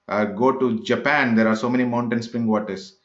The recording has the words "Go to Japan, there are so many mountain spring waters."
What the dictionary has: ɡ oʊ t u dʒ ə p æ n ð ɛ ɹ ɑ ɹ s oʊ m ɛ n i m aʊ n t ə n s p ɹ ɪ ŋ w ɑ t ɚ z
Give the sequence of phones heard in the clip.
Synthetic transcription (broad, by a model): ɡ oʊ t u dʒ ə p æ n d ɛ ɹ ɑ ɹ s oʊ m ɛ n i m aʊ n t ə n s p ɹ ɪ ŋ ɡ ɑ t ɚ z